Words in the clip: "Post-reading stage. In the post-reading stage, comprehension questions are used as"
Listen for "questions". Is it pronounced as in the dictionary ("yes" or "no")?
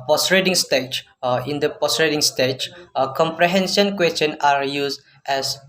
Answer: no